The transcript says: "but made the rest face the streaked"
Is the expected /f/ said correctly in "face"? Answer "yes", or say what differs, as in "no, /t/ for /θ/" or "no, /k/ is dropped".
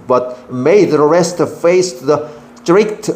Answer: yes